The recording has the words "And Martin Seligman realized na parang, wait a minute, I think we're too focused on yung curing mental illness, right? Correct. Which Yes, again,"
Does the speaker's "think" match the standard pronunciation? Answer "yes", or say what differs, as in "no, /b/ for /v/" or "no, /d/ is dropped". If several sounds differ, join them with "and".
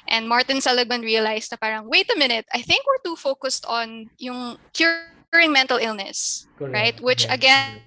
yes